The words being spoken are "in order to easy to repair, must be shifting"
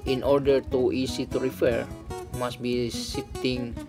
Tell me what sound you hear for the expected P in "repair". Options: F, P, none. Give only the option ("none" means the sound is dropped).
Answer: F